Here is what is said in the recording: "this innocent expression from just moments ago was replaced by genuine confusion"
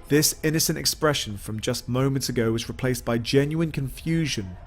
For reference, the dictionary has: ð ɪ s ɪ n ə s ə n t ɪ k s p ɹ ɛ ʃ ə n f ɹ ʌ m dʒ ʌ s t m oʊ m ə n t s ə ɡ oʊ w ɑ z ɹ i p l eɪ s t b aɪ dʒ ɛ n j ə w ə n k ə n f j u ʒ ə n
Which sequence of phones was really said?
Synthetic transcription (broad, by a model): ð ɪ s ɪ n ə s ə n t ɪ k s p ɹ ɛ ʃ ə n f ɹ ʌ m dʒ ʌ s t m oʊ m ə n t s ə ɡ oʊ w ɑ z ɹ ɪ p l eɪ s b aɪ dʒ ɛ n j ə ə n k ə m f j u ʒ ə n